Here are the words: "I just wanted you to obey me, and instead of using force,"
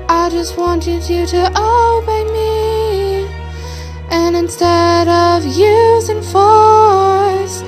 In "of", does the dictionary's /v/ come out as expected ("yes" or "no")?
yes